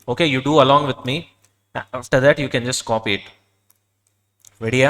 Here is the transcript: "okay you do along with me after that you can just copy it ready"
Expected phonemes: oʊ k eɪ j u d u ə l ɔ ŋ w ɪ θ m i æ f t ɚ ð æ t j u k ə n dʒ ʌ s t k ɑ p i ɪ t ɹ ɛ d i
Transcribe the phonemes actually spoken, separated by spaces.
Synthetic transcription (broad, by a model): oʊ k eɪ j u d u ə l ɔ ŋ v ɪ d m i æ f t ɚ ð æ t j u k ə n dʒ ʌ s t k ɑ p i ɪ t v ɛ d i